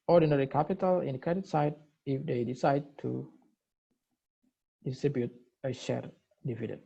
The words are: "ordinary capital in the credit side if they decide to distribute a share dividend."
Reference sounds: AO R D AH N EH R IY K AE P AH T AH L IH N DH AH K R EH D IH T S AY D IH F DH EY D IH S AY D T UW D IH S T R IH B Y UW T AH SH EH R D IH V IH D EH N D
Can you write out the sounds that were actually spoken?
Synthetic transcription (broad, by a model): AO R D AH N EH R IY K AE P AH T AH L IH N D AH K EH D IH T S AY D IH F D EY D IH S AY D T UW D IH S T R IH B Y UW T AH SH EH R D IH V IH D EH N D